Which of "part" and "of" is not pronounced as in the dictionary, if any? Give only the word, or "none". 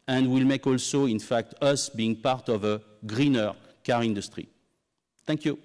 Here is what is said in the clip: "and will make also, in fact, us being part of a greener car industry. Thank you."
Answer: none